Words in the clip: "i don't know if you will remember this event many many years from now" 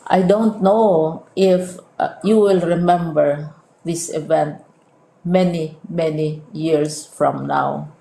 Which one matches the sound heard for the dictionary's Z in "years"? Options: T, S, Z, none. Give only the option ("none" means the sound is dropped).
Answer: S